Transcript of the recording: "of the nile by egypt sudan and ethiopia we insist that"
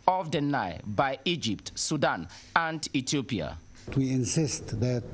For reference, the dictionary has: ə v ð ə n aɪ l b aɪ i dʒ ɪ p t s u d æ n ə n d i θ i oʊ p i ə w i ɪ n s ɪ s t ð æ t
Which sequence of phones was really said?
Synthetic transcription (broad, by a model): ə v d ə n aɪ b aɪ i dʒ ɪ p t s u d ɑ n ə n d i t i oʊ p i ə w i ɪ n s ɪ s t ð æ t